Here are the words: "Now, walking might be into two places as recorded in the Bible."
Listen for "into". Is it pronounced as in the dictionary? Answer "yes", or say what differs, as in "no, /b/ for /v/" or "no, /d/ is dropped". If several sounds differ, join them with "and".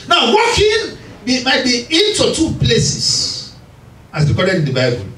yes